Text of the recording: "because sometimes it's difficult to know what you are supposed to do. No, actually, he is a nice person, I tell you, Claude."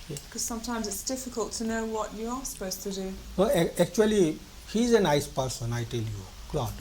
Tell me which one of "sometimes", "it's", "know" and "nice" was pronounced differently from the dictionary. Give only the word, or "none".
none